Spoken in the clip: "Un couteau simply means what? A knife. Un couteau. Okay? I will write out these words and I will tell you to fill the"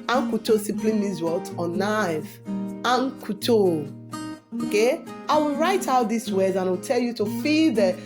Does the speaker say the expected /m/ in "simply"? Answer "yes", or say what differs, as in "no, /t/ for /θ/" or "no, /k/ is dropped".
no, /m/ is dropped